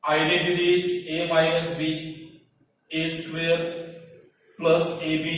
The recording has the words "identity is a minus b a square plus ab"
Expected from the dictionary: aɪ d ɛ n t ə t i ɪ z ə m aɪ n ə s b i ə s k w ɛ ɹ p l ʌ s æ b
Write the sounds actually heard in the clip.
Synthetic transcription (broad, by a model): aɪ d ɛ n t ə t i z ə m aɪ ə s b i ə s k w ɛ ɹ p l ʌ s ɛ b